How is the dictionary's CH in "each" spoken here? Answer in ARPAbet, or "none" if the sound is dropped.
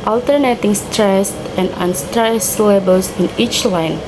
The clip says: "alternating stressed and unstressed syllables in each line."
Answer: CH